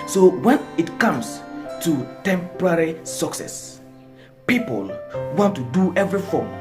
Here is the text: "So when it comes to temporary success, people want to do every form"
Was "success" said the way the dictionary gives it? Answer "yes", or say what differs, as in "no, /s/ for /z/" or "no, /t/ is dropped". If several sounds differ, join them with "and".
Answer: yes